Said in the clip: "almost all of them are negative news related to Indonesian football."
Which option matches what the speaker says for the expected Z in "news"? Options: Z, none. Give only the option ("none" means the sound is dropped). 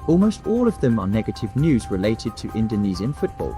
Z